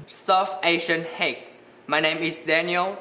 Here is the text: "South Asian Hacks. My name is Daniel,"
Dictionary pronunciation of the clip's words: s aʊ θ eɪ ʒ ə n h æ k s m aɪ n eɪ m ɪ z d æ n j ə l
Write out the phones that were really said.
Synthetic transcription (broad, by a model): s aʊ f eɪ ʃ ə n h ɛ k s m aɪ n eɪ m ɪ s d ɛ n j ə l